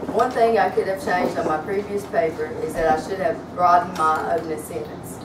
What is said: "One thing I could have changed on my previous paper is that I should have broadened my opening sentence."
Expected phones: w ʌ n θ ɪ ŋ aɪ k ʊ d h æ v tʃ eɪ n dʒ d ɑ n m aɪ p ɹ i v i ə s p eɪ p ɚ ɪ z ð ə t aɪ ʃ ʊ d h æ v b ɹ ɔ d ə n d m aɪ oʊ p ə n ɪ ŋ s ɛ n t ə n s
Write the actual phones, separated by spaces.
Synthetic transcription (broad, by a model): w ʌ n θ ɪ ŋ aɪ k ʊ d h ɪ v tʃ eɪ n dʒ d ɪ n m aɪ p ɹ i v i ə s p eɪ p ɚ ɪ z ð ə t aɪ ʃ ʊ d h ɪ v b ɹ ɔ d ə n m aɪ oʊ ə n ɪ s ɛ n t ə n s